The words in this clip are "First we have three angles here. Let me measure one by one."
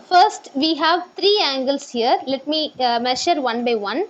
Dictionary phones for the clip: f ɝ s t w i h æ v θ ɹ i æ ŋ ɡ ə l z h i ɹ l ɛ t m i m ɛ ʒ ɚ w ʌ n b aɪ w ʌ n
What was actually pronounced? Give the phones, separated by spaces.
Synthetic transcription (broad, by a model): f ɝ s t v i h æ v t ɹ i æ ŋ ɡ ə l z h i ɹ l ɛ t m i m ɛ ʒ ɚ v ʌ n b aɪ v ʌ n